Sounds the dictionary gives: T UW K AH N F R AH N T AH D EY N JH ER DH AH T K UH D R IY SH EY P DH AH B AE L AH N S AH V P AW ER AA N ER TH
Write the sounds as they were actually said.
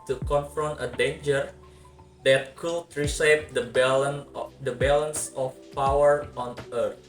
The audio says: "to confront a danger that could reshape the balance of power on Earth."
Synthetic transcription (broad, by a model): T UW K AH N F R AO N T AH D EY N JH ER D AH T K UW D R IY S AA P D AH B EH L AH N S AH F P AW ER AA N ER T